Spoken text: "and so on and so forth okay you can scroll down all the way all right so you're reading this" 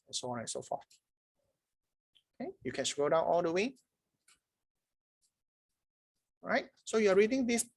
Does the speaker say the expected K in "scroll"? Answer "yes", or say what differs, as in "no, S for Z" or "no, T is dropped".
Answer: no, K is dropped